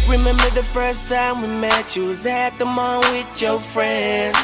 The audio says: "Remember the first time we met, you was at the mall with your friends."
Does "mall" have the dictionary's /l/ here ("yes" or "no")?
no